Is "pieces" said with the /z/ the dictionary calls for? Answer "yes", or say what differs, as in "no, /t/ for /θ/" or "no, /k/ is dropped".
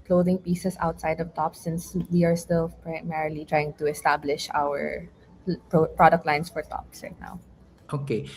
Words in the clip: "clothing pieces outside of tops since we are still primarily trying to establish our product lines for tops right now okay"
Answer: no, /s/ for /z/